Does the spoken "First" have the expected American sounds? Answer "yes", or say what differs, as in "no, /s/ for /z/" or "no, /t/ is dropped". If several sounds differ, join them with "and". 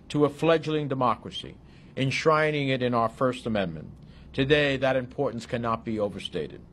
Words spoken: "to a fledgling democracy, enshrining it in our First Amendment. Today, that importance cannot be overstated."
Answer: yes